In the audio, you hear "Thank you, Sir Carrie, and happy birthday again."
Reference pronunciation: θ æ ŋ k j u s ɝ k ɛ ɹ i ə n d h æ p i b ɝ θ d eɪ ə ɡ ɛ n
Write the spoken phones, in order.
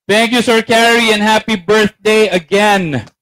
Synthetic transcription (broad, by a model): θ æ ŋ k j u s ɝ k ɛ ɹ i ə n h æ p i b ɝ θ d eɪ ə ɡ ɛ n